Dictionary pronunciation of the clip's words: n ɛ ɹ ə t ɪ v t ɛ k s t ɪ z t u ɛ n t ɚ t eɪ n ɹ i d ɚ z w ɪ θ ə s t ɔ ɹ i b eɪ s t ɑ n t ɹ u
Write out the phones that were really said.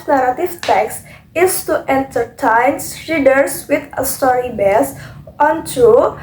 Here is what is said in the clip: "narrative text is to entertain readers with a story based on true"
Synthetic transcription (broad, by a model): n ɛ ɹ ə t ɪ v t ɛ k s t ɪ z t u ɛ n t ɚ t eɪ n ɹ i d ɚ s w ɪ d ə s t ɔ ɹ i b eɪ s ɑ n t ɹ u